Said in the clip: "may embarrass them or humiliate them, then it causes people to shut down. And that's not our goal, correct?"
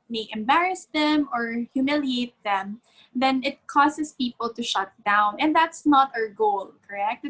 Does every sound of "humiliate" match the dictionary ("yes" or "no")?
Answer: yes